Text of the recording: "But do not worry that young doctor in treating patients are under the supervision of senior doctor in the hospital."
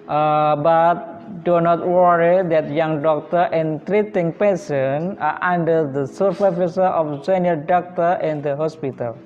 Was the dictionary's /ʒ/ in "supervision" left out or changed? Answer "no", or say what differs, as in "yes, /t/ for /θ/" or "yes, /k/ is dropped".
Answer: yes, /s/ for /ʒ/